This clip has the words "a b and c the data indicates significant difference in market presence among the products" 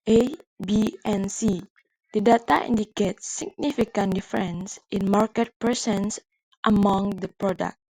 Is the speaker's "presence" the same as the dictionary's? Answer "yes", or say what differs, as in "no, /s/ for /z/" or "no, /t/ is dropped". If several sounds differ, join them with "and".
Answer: no, /s/ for /z/